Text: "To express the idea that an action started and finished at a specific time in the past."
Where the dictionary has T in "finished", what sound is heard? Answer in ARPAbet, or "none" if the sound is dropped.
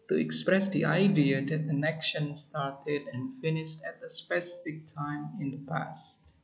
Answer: T